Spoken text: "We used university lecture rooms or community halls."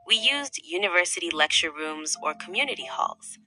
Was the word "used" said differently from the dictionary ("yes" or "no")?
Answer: no